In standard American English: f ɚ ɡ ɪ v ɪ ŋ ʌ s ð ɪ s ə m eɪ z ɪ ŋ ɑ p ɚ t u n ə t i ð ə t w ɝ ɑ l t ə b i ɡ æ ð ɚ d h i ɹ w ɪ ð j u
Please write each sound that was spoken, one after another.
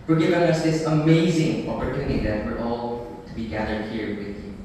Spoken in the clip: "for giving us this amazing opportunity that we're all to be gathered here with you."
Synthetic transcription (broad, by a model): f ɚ ɡ ɪ v ɪ ŋ ʌ s ð ɪ s ə m eɪ z ɪ ŋ ɑ p ɚ t u n ə t i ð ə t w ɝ ɑ l t ə b i ɡ æ ð ɚ d h i ɹ w ɪ ð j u